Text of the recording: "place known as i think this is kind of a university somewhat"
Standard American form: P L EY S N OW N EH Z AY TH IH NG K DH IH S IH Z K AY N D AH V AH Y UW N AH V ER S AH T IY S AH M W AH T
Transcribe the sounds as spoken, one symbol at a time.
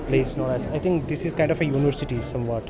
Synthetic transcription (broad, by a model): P L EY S N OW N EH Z AY T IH NG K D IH S IH Z K AY N D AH F AH Y UW N AH V ER S AH T IY S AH M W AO T